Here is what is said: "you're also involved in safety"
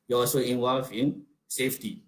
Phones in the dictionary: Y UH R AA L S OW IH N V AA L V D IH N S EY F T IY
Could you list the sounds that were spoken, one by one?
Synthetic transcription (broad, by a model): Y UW AA L S OW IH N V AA L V IH N S EY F T IY